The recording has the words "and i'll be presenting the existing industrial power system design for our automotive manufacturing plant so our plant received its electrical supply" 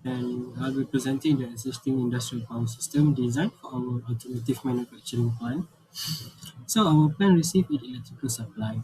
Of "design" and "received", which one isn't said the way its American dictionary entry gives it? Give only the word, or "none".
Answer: received